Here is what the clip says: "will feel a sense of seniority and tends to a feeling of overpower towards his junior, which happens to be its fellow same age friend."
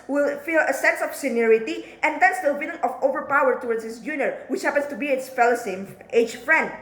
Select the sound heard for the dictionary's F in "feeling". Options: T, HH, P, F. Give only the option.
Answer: P